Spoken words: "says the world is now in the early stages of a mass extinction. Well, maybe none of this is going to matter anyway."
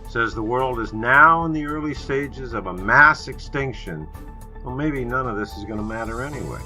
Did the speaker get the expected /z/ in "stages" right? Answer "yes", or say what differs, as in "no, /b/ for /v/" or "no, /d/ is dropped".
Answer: yes